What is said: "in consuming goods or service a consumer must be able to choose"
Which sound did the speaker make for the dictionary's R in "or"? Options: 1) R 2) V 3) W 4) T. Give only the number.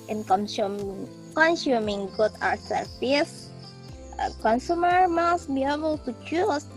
3